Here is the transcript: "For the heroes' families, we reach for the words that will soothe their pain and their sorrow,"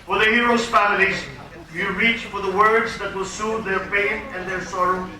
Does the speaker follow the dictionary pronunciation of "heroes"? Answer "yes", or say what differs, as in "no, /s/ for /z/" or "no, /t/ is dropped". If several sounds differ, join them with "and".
no, /s/ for /z/